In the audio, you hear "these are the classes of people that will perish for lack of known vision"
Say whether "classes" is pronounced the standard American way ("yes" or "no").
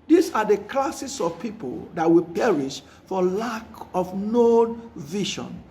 no